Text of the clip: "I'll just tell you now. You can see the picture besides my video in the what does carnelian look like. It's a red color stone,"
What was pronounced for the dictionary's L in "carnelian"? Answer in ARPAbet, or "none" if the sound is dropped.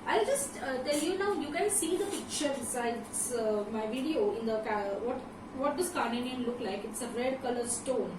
N